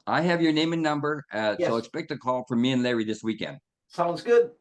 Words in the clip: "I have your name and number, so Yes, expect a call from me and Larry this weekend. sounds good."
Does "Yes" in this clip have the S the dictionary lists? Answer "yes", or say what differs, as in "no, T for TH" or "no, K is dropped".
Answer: no, S is dropped